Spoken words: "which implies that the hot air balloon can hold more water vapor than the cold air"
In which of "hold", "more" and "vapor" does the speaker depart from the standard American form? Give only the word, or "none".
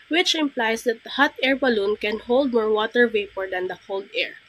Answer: none